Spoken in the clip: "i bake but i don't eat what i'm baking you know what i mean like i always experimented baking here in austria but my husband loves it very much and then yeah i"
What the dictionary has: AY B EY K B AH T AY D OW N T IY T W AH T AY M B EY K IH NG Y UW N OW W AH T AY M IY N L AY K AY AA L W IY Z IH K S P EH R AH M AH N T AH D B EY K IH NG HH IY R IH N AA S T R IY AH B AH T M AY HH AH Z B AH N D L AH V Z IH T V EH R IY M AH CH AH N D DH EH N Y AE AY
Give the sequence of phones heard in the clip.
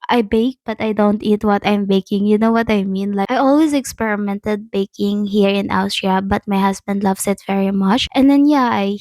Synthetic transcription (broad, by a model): AY B EY K B AH T AY D OW N T IY T W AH T AY M B EY K IH NG Y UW N OW W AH T AY M IY N L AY AY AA L W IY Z IH K S P EH R AH M AH N T AH D B EY K IH NG HH IY R IH N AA S T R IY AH B AH T M AY HH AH S B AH N D L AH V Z IH T V EH R IY M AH CH AH N D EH N Y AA AY